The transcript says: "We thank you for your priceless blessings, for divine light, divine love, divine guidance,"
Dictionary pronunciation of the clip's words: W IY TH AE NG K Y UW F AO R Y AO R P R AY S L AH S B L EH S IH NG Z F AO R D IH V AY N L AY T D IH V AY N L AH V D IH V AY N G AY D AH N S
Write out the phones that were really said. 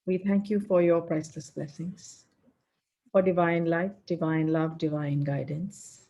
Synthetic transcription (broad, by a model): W IY T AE NG K Y UW F AO R Y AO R P R AY S L AH S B L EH S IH NG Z F AO R D IH V AY N L AY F D IH V AY N L AH V D IH V AY N G AY D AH N S